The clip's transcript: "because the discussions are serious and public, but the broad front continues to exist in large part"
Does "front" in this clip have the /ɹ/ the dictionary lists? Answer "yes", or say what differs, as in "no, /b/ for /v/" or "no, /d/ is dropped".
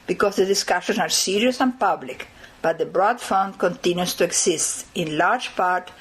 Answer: no, /ɹ/ is dropped